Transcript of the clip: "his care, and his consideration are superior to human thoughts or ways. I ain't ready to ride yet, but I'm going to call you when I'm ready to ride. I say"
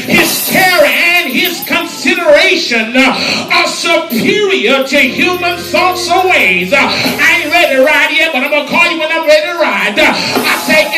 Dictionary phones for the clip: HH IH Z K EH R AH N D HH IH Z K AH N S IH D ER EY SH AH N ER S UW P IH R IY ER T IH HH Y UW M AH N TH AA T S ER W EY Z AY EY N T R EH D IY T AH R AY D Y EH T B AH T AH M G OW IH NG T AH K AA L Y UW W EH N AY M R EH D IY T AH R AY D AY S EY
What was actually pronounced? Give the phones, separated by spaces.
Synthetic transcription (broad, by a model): HH IH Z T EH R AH N IH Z K AH N S IH D ER EY SH AH N ER S UW P IH R IY ER T IH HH Y UW M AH N TH AA T S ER W EY Z AY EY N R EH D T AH R AY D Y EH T B AH T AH IH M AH K AA L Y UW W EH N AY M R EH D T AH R AY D AY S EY